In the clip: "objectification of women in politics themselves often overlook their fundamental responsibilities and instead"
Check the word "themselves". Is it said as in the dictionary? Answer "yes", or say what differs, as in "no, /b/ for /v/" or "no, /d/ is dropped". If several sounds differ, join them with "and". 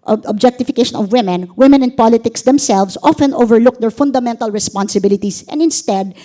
no, /s/ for /z/